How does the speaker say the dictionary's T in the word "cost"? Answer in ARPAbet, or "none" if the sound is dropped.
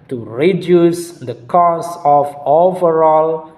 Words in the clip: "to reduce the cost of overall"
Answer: none